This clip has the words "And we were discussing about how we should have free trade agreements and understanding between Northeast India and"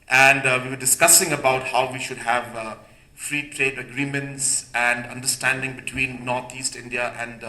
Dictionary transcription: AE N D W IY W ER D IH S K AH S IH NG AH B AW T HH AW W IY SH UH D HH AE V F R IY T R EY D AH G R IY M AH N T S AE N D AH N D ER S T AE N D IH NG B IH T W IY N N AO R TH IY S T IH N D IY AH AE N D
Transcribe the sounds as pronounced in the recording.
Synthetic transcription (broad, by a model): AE N D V IY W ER D IH S K AH S IH NG AH B AW T HH AW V IY SH UH D HH AE V F R IY T R EY D AH G R IY M AH N T S AE N D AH N D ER S T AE N D IH NG B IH T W IY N N AO R T IY S T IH N D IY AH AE N D